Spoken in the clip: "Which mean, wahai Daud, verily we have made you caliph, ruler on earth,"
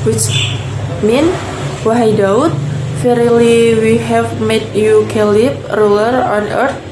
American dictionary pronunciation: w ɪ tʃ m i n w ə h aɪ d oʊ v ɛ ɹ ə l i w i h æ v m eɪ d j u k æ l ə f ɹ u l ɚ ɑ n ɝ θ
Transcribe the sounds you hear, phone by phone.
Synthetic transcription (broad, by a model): w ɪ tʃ m i n w ə h aɪ d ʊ f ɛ ɹ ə l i w i h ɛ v m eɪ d j u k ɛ l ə p ɹ u l ɚ ɑ n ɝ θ